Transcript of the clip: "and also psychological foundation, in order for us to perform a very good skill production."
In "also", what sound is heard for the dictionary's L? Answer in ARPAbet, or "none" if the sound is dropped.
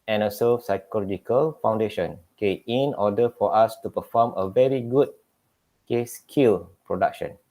none